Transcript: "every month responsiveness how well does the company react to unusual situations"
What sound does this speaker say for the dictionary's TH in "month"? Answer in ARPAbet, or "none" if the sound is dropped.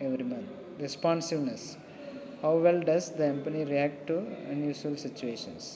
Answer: T